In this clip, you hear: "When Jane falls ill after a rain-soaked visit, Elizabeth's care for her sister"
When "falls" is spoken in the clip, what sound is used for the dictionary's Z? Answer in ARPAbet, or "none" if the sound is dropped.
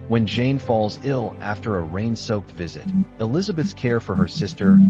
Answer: Z